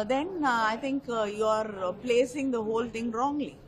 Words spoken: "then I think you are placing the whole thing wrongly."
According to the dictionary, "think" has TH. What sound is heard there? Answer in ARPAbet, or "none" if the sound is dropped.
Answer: T